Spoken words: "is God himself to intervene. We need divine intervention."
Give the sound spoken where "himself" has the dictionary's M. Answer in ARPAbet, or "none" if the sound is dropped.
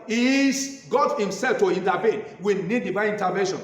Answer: M